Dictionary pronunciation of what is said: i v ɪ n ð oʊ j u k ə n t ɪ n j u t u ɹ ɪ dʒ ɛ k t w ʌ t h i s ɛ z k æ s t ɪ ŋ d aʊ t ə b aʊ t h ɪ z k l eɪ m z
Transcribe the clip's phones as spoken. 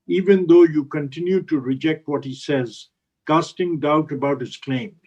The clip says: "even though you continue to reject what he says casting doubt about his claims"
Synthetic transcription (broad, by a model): i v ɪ n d oʊ j u k ə n t ɪ n j u t u ɹ ɪ dʒ ɛ k t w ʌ t h i s ɛ z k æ s t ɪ ŋ d aʊ t ə b aʊ t h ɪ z k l eɪ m